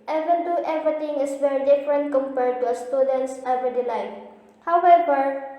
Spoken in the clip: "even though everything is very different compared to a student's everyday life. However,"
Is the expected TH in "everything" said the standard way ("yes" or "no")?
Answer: no